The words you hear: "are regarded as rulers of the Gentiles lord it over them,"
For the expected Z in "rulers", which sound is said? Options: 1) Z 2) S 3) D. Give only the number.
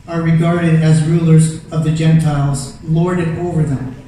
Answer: 1